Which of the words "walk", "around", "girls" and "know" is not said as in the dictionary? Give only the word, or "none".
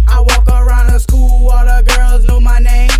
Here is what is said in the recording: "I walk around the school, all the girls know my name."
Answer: none